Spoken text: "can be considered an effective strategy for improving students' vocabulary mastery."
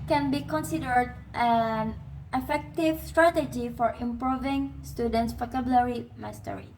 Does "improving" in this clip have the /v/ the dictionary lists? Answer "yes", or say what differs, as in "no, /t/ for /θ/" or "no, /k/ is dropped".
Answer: yes